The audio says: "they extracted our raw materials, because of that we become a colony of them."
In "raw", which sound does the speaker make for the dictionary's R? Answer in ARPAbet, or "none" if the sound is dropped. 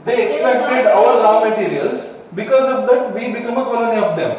L